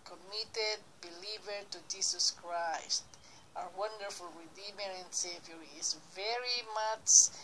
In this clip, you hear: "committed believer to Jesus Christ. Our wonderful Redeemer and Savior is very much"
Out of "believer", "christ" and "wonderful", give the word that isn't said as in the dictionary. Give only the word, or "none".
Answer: none